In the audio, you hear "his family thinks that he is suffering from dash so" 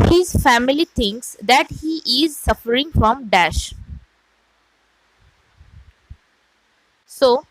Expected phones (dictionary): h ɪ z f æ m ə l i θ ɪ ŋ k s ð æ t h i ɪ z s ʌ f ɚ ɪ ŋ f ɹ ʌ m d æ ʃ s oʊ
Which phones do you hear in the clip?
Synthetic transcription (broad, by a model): h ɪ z f æ m ə l i t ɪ ŋ k s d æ t h i ɪ z s ʌ f ɚ ɪ ŋ f ɹ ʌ m d æ ʃ s oʊ